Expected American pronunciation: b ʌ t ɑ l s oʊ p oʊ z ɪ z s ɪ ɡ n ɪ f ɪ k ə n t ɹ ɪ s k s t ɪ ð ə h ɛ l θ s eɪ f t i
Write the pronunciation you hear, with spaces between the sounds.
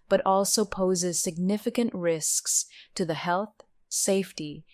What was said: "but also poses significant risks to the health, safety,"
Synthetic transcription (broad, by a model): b ʌ t ɑ l s oʊ p oʊ z ɪ z s ɪ ɡ n ɪ f ɪ k ə n t ɹ ɪ s k s t ɪ ð ə h ɛ l θ s eɪ f t i